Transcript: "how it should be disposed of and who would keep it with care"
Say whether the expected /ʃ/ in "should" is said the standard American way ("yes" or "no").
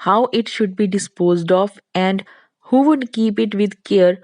yes